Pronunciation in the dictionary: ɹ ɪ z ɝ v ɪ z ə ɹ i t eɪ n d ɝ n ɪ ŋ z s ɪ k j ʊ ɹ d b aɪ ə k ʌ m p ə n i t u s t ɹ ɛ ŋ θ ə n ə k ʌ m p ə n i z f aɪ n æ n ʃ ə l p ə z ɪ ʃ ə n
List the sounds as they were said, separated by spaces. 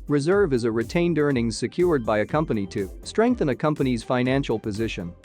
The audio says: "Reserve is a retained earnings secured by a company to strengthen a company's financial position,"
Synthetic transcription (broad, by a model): ɹ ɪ z ɝ v ɪ z ə ɹ i t eɪ n d ɝ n ɪ ŋ s ɪ k j ʊ ɹ d b aɪ ə k ʌ m p ə n i t u s t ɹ ɛ ŋ θ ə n ə k ʌ m p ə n i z f aɪ n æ n ʃ l p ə z ɪ ʃ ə n